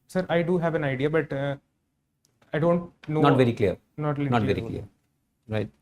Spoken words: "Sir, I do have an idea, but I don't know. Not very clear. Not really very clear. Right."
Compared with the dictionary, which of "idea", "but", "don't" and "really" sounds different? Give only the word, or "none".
really